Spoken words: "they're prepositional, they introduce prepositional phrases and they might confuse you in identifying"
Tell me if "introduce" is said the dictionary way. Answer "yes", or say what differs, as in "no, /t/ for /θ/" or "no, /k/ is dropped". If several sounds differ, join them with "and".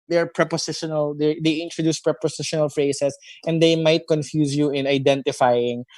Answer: yes